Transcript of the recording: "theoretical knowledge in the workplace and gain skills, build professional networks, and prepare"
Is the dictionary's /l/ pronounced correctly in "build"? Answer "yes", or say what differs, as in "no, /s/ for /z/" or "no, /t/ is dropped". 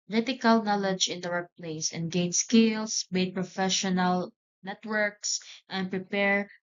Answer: no, /l/ is dropped